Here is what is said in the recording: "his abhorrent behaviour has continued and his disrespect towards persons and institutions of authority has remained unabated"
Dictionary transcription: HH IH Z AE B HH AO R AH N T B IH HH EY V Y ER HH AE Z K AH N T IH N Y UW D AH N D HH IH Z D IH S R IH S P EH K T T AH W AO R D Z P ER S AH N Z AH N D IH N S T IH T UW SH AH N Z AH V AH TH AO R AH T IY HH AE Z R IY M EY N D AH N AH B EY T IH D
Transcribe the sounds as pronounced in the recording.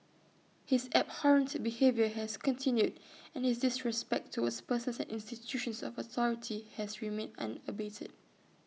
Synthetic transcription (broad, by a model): HH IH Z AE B HH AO R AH N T B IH HH EY V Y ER HH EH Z K AH N T IH N Y UW D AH N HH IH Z D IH S R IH S P EH K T T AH W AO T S P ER S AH N S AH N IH N S T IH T UW SH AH N S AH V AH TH AO R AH T IY HH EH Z R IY M EY N AH N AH B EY T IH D